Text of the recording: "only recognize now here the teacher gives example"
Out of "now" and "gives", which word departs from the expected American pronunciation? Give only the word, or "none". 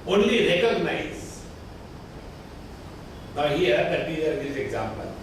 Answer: gives